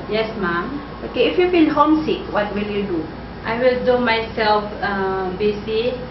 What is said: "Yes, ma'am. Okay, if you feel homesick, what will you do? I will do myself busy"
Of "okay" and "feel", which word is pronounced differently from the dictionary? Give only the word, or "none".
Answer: feel